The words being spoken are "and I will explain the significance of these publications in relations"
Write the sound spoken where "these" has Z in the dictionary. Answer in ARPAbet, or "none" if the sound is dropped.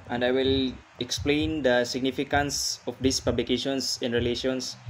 S